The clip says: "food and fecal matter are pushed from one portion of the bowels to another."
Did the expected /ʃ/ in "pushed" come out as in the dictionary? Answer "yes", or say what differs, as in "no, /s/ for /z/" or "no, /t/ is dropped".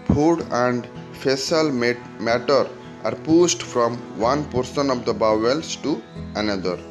no, /s/ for /ʃ/